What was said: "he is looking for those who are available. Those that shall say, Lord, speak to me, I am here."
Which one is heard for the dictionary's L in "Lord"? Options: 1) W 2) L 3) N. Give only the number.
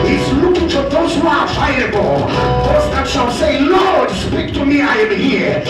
2